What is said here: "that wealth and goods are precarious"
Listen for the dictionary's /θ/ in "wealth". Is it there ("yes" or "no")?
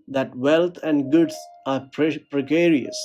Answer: no